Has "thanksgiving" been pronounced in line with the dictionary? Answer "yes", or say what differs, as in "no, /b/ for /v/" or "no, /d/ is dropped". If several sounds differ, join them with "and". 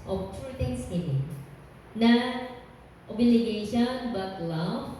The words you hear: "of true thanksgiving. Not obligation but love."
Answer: no, /k/ is dropped